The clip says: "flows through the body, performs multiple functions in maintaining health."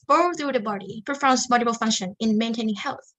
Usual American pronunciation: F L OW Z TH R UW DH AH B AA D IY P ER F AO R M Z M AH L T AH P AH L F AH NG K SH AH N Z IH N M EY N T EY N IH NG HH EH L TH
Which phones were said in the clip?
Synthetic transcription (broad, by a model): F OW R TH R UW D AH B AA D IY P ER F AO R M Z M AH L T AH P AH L F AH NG K SH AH N IH N M EY N T EY N IH NG HH EH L TH